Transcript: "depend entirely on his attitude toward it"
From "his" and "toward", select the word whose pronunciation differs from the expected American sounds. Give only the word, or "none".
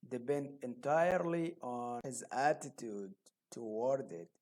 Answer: none